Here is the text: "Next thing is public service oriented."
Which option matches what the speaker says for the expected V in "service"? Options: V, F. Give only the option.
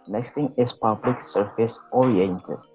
F